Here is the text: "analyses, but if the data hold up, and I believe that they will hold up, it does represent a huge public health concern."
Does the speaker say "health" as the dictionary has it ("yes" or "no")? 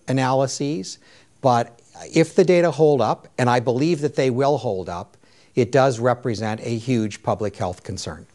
yes